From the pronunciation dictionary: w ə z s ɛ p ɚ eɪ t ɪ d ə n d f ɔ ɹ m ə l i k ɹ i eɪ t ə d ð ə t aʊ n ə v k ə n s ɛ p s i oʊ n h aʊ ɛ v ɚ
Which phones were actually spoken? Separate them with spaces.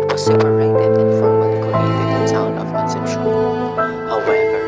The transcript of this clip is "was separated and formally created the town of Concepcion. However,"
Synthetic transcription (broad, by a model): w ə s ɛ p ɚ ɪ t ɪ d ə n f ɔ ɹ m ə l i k i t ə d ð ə t aʊ n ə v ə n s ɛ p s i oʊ h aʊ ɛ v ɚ